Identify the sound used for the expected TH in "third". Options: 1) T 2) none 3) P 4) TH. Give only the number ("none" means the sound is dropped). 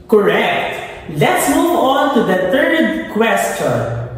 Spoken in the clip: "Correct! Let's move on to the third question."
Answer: 1